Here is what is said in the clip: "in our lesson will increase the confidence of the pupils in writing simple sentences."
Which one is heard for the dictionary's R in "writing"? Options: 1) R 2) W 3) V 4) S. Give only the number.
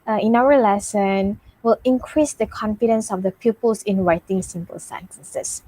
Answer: 2